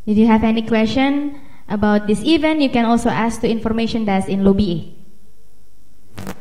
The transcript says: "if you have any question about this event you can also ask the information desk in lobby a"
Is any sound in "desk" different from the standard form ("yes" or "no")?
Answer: yes